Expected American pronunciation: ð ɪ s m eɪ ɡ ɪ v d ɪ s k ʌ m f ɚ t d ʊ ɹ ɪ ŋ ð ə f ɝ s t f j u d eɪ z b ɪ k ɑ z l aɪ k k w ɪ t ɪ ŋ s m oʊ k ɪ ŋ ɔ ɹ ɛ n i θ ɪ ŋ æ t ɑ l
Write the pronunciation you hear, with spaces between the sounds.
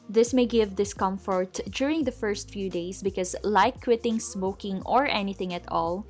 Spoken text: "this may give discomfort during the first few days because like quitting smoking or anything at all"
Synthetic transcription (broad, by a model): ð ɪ s m eɪ ɡ ɪ v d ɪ s k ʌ m f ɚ t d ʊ ɹ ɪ ŋ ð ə f ɝ s t f j u d eɪ s b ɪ k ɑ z l aɪ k k w ɪ t ɪ ŋ s m oʊ k ɪ ŋ ɔ ɹ ɛ n i θ ɪ ŋ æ t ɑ l